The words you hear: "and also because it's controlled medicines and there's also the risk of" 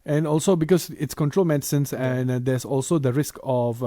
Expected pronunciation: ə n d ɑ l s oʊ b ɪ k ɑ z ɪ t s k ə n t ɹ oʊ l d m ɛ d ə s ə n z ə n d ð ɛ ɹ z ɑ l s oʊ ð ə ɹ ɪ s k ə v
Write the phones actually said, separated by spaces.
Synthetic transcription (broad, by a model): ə n ɑ l s oʊ b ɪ k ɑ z ɪ t s k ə n t ɹ oʊ l m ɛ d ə s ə n s ə n d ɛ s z ɑ l s oʊ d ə ɹ ɪ s k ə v